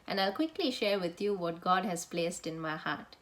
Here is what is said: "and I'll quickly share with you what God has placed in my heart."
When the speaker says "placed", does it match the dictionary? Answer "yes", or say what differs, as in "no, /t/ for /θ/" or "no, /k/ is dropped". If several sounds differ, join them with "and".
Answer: yes